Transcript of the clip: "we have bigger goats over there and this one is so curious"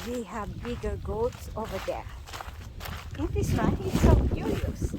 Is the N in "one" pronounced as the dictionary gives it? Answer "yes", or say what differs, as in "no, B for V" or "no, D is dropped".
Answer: no, N is dropped